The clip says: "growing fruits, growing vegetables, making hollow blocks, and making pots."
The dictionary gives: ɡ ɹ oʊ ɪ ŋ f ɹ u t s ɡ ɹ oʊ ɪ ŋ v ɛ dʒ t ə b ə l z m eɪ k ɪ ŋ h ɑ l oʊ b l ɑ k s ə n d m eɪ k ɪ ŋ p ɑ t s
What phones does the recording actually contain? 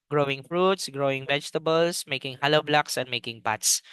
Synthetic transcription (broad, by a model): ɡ ɹ oʊ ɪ ŋ f ɹ u t s ɡ ɹ oʊ ɪ ŋ v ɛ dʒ t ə b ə l s m eɪ k ɪ ŋ h ɑ l oʊ b l ɑ k s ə n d m eɪ k ɪ ŋ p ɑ t s